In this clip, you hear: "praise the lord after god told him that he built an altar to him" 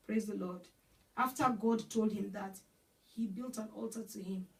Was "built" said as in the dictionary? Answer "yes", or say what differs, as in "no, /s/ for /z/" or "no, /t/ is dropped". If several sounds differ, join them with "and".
yes